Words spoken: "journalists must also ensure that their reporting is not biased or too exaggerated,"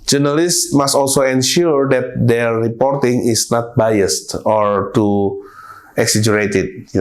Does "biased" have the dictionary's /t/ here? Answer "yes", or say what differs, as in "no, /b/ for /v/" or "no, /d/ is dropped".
yes